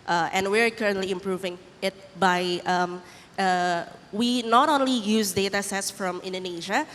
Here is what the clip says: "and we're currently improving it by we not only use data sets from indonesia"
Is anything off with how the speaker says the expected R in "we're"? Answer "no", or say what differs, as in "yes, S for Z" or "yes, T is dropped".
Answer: no